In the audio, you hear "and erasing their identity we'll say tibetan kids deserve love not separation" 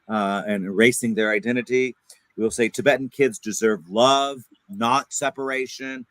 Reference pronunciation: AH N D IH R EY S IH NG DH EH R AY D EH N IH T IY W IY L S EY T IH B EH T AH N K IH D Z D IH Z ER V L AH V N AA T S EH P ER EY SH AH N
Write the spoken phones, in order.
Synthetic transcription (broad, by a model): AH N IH R EY S IH NG DH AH R AY D EH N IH T IY W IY L S EY T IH B EH T N K IH D Z D IH Z ER V L AH V N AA T S EH P ER EY SH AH N